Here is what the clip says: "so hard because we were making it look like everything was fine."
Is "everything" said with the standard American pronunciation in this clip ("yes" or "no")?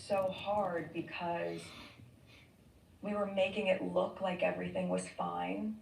yes